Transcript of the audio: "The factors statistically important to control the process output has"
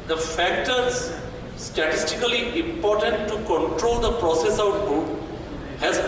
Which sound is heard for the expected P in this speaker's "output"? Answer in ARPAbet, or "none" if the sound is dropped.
B